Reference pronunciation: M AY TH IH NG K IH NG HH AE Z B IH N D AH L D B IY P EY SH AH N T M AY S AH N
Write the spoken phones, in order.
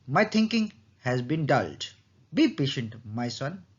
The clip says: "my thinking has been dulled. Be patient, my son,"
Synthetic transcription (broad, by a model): M AY T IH NG K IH NG HH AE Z B IH N D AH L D B IY P EY SH AH N T M AY S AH N